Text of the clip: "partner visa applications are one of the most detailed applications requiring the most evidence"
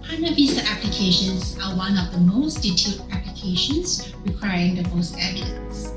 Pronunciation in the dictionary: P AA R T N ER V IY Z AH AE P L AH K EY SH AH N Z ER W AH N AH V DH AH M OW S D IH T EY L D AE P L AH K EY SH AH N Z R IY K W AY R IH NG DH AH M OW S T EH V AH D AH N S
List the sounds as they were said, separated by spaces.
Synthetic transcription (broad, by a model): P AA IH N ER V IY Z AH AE P L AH K EY SH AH N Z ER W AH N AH P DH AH M OW S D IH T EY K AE P L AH K EY SH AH N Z R IY K W AY R IH NG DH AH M OW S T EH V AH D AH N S